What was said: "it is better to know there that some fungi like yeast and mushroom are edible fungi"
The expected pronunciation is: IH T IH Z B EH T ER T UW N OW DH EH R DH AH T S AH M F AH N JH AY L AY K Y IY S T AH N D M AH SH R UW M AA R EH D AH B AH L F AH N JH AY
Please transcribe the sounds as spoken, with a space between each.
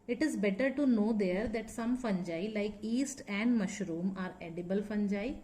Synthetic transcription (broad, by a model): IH T IH Z B EH T ER T UW N OW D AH R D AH T S AH M F AH N JH AY L AY K IY S T AH N D M AH SH R UW M AA R EH D AH B AH L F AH N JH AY